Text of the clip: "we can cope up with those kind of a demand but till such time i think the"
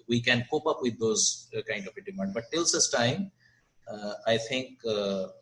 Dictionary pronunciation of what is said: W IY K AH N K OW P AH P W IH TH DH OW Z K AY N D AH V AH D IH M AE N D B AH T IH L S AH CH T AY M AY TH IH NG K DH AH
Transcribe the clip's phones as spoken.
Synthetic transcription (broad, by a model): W IY K AH N K OW P AH P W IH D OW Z K AY N D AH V AH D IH M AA N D B AH T IH L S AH S T AY M AY T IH NG K